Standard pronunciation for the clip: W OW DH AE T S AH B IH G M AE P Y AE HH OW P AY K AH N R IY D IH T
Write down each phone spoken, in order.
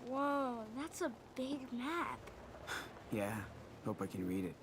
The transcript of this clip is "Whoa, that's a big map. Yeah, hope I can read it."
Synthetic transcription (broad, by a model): W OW DH AE T S AH B IH G M AE P Y AE HH OW P AY K AH N R IY D IH T